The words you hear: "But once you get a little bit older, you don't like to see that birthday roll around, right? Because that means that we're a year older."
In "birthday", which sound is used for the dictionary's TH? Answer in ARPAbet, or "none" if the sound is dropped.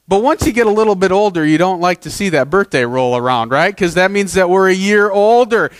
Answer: TH